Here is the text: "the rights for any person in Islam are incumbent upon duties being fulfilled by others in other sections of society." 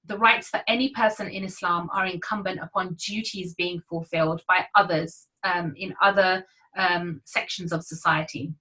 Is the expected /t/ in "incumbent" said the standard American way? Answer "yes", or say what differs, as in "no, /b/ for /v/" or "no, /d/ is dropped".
yes